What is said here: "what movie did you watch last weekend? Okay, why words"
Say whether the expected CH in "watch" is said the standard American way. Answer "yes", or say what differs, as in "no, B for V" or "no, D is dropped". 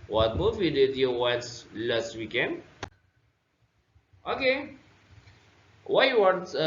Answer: no, S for CH